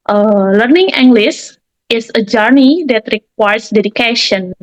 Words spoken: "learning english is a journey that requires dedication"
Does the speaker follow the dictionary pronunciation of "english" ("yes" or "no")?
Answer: no